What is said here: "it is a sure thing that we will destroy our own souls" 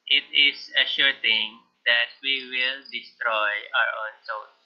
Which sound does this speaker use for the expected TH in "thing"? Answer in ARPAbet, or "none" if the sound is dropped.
T